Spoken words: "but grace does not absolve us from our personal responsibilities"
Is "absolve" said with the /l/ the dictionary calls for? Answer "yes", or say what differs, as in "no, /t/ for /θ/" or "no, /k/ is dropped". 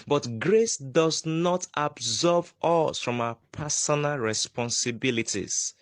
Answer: no, /l/ is dropped